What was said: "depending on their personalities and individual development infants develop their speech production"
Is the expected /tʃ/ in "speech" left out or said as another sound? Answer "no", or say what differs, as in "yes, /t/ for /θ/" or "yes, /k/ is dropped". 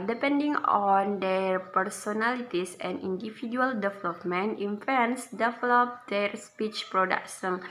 no